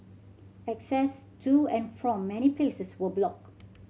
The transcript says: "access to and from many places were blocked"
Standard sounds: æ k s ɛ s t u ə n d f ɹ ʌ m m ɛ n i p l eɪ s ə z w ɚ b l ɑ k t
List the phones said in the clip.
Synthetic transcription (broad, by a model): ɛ k s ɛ s t u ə n f ɹ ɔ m m ɛ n i p l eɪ s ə s w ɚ b l ɑ k